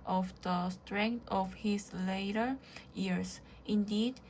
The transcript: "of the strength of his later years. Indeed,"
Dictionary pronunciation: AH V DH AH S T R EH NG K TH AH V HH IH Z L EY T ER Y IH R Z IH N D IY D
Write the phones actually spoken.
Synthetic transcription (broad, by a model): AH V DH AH S T R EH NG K T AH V HH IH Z L EY T ER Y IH R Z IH N D IY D